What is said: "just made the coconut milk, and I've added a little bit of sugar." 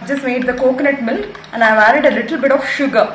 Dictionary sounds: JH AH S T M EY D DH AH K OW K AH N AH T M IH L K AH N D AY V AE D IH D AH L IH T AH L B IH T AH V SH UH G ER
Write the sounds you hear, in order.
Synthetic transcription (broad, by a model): JH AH S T M EY D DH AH K OW K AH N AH T M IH L AH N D AY V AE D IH D AH L IH T AH L B IH T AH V SH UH G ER